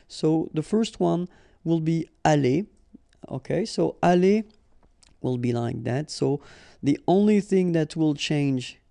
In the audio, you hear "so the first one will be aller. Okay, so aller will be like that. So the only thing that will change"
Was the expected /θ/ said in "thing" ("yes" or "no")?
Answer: yes